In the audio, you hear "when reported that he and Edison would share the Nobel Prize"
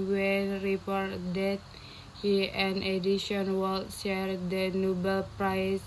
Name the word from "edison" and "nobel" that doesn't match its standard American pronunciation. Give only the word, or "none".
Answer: edison